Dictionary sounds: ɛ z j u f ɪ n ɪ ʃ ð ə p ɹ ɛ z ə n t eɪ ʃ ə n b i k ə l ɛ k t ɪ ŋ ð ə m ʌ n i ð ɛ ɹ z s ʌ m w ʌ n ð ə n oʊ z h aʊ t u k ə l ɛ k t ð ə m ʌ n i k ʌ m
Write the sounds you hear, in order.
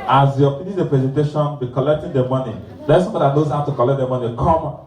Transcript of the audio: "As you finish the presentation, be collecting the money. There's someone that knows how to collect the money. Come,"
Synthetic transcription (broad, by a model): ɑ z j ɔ p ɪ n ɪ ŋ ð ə p ɹ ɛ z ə n t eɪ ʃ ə n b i k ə l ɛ k t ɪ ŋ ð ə m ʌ n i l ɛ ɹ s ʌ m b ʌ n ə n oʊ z h aʊ t u k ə l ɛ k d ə m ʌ n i k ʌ m